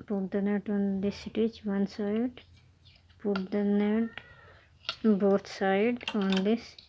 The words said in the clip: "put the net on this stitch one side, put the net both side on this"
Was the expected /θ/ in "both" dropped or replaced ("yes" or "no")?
yes